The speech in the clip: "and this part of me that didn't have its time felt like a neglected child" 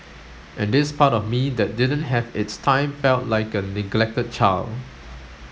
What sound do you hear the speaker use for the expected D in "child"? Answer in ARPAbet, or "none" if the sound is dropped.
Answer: none